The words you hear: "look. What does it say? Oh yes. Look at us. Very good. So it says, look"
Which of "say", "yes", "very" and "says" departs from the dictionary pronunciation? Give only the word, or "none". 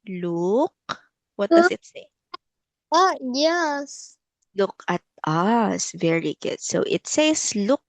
says